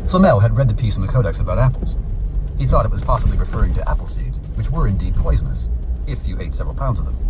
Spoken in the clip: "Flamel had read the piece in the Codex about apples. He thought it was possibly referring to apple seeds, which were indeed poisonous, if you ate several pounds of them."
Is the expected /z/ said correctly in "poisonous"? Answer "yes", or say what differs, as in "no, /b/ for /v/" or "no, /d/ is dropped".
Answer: yes